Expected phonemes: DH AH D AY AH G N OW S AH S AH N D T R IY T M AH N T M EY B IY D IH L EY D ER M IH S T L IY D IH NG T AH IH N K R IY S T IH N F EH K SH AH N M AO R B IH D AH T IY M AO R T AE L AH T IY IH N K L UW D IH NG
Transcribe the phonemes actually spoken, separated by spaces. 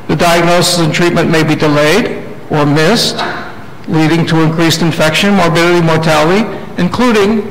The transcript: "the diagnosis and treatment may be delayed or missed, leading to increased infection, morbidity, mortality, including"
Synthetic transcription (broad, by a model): DH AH D AY AH G N OW S AH S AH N T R IY T M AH N M EY B IY D IH L EY D ER M IH S T L IY D IH NG T AH IH N K R IY S T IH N F EH K SH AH N M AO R B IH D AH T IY M AO R T AE L AH T IY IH N K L UW D IH NG